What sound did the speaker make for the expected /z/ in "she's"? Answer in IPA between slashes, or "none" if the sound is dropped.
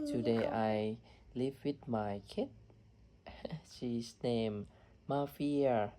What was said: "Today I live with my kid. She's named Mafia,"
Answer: /s/